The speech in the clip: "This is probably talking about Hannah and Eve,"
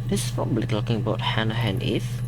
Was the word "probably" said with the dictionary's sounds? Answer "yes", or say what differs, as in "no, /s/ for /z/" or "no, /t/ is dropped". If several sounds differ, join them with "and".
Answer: no, /ɹ/ is dropped